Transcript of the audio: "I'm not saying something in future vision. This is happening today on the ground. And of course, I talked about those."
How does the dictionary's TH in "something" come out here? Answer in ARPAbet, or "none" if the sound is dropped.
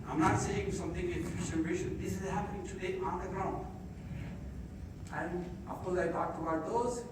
T